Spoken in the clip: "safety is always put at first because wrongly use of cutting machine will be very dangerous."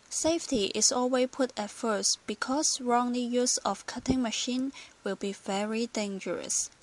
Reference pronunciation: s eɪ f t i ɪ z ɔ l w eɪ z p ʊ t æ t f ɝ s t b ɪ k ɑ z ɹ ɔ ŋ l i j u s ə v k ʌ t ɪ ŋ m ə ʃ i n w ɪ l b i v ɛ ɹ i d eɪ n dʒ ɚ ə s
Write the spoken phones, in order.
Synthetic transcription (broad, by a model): s eɪ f t i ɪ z ɔ l w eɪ p ʊ t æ t f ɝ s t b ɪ k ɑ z ɹ ɔ ŋ l i j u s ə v k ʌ t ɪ ŋ m ə ʃ i n w ɪ l b i v ɛ ɹ i d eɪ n dʒ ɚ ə s